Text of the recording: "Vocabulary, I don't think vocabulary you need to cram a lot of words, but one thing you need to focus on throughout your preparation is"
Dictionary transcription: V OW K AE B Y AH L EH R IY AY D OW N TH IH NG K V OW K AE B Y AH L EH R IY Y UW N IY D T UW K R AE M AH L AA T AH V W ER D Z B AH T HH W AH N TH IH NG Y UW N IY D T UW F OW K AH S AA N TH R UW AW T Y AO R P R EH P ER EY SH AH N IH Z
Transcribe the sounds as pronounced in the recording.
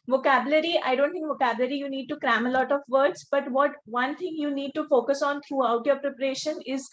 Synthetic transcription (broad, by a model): V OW K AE B Y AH L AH R IY AY D OW N T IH NG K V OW K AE B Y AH L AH R IY Y UW N IY D T UW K R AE M AH L AA T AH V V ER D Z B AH T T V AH N T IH NG Y UW N IY D T UW F OW K AH S AA N T R UW AW T Y AO R P R EH P ER EY SH AH N IH Z